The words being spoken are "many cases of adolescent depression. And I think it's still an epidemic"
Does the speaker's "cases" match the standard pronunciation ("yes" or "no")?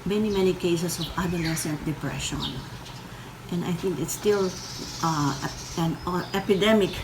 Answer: no